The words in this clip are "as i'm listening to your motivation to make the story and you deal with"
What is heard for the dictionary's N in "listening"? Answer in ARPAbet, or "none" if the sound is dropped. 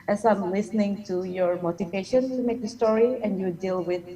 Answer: N